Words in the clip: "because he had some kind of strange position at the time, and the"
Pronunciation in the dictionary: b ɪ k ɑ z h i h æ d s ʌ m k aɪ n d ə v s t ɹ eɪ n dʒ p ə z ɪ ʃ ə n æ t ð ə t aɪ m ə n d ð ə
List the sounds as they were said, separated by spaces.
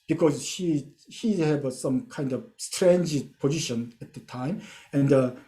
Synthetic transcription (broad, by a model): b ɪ k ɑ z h i h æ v s ʌ m k aɪ n d ə v s t ɹ eɪ n dʒ p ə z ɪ ʃ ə n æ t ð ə t aɪ m ə n d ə